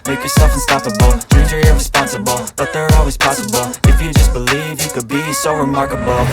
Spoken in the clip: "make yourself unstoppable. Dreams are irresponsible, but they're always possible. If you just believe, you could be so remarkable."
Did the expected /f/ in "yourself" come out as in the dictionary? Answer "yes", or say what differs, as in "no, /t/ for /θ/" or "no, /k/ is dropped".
yes